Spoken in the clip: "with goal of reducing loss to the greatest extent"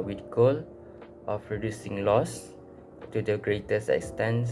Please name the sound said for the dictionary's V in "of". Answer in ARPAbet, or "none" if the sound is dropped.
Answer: P